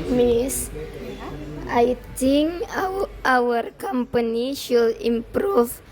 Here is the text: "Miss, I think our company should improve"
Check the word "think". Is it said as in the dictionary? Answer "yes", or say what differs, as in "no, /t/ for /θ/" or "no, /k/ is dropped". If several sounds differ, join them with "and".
no, /t/ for /θ/ and /k/ is dropped